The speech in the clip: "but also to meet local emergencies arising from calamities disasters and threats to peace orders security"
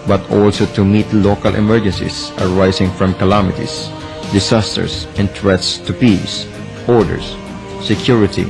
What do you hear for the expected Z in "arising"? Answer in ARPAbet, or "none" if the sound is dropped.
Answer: S